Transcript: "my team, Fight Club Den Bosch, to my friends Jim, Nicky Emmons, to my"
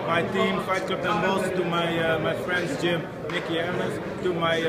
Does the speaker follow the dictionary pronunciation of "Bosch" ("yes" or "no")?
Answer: no